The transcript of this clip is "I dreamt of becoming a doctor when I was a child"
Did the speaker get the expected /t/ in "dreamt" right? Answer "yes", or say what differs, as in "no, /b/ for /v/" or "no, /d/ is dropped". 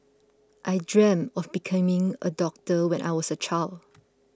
no, /t/ is dropped